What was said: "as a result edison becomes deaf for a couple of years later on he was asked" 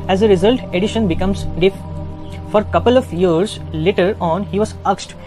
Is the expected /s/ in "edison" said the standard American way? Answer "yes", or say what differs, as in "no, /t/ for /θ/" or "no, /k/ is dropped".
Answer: no, /ʃ/ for /s/